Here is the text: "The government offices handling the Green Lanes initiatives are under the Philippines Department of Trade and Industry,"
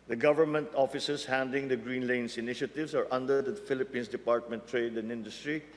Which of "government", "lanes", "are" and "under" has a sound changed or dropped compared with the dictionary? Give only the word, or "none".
lanes